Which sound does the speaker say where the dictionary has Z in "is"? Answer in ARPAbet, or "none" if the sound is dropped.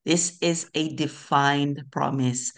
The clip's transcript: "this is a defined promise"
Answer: Z